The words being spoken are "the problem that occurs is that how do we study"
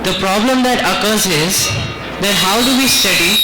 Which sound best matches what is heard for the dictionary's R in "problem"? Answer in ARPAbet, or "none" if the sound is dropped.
R